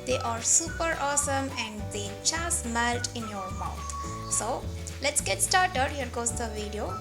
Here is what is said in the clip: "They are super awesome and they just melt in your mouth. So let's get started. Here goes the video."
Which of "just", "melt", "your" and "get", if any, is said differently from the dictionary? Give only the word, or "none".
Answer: just